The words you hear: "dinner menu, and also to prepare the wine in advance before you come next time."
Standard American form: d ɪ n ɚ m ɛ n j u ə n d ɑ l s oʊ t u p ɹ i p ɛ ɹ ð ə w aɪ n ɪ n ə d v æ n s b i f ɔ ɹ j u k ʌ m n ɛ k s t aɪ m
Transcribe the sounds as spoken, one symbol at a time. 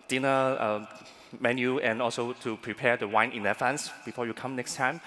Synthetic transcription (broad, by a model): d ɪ n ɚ m ɛ n j u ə n ɑ l s oʊ t u p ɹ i p ɛ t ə w aɪ n ɪ n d f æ n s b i f ɔ j u k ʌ m n ɛ k s t aɪ m